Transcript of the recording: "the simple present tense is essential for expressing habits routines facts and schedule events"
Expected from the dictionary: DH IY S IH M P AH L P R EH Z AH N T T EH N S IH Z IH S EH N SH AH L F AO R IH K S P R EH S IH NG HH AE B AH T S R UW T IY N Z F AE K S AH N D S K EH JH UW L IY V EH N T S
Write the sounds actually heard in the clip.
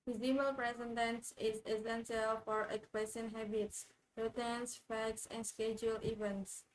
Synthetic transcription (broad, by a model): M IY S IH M AH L P R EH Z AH N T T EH N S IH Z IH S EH N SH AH L F AO R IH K S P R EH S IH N HH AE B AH T S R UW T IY N S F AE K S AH N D S K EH JH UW L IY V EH N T S